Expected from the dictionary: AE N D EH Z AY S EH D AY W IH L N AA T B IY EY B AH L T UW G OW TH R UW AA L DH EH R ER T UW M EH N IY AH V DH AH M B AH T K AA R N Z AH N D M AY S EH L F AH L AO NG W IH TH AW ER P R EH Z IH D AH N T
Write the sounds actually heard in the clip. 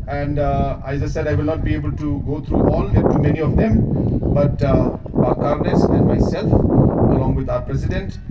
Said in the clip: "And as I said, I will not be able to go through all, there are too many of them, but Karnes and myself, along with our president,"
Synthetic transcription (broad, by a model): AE N D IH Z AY S EH D AY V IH L N AA T B IY EY B AH L T UW G OW T R UW AA L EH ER T UW M EH N IY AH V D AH M B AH T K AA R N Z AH N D M AY S EH L F AH L AO NG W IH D AW ER P R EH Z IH D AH N T